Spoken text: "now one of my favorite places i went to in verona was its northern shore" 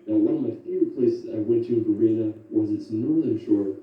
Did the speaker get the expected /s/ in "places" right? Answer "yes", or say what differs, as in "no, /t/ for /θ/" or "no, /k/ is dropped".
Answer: no, /s/ is dropped